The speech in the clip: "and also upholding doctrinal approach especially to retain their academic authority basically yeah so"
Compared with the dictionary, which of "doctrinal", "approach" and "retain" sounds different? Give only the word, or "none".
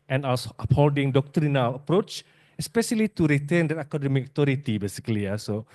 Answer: none